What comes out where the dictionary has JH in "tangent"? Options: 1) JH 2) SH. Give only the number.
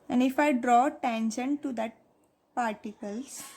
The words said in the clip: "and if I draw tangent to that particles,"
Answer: 2